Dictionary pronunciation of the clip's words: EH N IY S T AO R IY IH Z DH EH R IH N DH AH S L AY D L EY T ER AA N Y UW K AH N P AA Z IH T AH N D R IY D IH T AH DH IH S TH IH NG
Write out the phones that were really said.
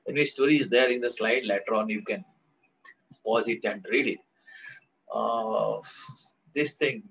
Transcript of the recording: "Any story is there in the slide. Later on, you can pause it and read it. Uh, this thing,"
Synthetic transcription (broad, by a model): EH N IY S T AO R IY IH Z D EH R IH N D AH S L AY D L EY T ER AA N Y UW K AH N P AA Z IH T AH N D R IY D IH T AH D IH S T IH NG